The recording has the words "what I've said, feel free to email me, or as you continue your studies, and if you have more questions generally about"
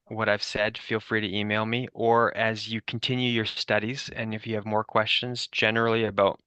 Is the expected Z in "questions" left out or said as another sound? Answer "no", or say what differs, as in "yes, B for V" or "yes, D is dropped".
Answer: no